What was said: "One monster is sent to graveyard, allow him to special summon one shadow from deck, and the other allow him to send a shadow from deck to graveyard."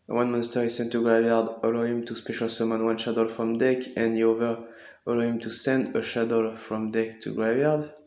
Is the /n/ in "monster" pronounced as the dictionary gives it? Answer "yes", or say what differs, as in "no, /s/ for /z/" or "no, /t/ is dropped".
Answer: yes